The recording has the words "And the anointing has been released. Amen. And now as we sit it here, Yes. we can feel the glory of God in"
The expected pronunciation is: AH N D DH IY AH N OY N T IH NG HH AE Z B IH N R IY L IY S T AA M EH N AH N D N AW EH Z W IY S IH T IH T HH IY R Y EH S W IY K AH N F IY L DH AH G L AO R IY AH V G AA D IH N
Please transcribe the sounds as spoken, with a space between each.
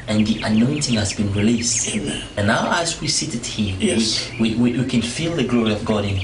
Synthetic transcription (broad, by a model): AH N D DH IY AH N OY N T IH NG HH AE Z B IH N R IY L IY S T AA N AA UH AH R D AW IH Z W IY S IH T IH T HH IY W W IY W W IY K AH N F IY L DH AH G L AO R IY AH V G AA D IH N